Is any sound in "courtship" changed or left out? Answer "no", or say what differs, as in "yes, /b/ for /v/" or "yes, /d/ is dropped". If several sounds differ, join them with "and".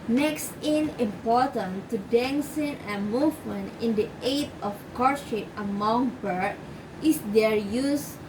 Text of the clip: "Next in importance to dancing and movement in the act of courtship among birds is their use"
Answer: yes, /ʃ/ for /tʃ/